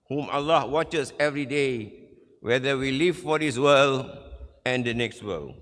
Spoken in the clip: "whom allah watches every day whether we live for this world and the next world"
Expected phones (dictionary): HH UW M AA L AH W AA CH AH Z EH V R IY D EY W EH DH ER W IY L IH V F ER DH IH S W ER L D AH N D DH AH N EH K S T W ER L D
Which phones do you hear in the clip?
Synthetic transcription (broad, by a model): HH UW M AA L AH W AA CH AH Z EH V R IY D EY W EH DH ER W IY L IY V F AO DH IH S W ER L AH N D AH N EH K S T W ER L